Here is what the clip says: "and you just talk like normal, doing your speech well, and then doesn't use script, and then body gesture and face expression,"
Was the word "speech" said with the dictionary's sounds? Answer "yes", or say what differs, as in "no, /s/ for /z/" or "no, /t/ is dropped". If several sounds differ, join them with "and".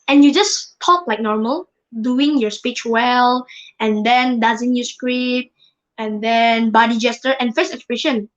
yes